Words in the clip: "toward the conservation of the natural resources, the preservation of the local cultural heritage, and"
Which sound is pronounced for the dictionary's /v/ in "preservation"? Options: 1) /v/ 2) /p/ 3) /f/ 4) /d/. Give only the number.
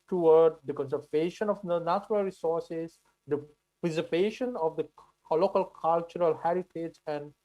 2